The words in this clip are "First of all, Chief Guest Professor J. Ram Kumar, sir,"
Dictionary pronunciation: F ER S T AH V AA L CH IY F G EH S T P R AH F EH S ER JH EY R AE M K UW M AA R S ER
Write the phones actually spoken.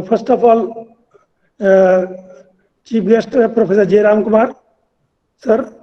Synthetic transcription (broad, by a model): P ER S T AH P AA L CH IY P G EH S T P R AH P EH S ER JH EY R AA M K UW M AA R S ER